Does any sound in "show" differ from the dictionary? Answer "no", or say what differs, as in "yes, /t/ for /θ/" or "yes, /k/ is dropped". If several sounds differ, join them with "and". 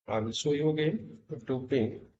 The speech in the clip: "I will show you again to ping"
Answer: yes, /s/ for /ʃ/